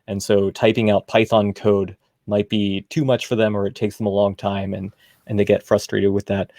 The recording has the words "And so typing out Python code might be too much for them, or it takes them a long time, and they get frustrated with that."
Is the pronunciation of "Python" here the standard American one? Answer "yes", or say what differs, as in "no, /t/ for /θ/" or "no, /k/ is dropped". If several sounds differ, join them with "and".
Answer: yes